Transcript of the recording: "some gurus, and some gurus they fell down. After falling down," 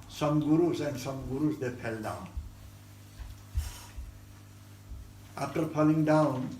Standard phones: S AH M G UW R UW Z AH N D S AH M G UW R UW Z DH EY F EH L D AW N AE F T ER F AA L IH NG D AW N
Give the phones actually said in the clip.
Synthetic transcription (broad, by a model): S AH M G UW R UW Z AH N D S AH M G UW R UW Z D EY P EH L D AW N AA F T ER P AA L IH NG D AW N